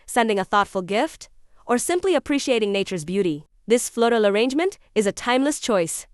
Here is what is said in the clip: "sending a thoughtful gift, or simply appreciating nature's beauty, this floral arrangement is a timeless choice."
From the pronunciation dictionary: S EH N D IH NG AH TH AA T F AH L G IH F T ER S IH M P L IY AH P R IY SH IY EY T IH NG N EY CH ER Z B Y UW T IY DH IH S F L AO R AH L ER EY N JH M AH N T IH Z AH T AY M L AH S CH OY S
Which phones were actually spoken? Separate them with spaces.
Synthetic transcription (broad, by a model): S EH N D IH NG AH TH AA T F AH L G IH F T ER S IH M P L IY AH P R IY SH IY EY T IH NG N EY CH ER Z B Y UW T IY DH IH S F L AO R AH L ER EY N JH M AH N T IH Z AH T AY M L AH S CH OY S